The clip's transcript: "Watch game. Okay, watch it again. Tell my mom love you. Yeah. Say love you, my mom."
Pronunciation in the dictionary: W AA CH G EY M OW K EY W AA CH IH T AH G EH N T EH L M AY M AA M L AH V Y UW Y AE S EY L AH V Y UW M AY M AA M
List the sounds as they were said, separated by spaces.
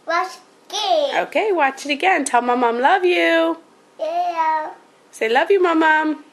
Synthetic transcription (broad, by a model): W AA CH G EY OW K EY W AA CH IH T AH G EH N T EH L M AY M AA M L AH V Y UW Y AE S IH L AH V Y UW M AY M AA M